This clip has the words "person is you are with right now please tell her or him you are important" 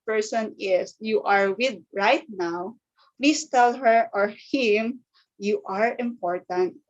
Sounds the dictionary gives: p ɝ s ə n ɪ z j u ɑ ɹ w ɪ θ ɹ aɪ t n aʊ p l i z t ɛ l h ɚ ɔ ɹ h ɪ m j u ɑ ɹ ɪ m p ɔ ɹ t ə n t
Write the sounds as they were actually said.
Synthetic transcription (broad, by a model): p ɝ s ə n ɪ s j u ɑ ɹ w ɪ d ɹ aɪ t n aʊ p l i s t ɛ l h ɚ ɔ ɹ h ɪ m j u ɑ ɹ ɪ m p ɔ ɹ t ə n t